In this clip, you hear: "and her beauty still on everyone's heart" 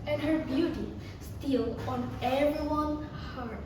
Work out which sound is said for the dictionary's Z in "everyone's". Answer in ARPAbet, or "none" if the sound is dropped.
none